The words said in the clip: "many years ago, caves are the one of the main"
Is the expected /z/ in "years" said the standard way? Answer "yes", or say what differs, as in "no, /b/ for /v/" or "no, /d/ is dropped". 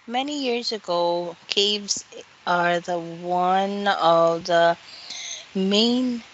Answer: yes